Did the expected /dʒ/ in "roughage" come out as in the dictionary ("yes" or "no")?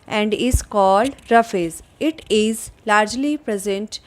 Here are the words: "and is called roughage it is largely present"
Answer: no